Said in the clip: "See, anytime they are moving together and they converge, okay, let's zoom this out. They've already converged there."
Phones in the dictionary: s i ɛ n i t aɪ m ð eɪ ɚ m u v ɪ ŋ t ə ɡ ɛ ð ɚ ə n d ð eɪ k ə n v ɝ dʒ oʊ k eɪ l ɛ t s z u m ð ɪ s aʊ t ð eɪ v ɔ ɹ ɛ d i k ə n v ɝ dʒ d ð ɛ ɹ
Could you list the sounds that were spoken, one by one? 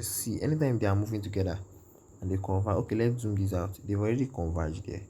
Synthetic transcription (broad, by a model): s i ɛ n i t aɪ m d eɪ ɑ m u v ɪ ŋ t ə ɡ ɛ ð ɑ ə n d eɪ k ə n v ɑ oʊ k eɪ l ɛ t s z u m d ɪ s aʊ t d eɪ ɔ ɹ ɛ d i k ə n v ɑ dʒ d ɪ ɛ